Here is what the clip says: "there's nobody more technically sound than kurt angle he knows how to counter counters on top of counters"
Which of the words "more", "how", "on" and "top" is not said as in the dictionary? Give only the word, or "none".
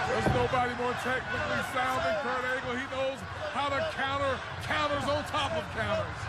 on